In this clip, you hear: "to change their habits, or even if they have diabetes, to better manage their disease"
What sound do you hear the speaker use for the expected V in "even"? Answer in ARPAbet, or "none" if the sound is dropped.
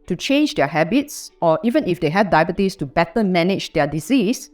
V